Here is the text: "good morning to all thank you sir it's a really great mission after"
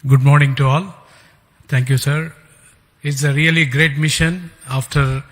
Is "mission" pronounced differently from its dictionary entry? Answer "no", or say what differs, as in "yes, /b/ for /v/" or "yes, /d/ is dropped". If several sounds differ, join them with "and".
no